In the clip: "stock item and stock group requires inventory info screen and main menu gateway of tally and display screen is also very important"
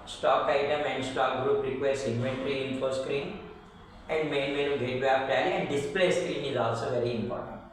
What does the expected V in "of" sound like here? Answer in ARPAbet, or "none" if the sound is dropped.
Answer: P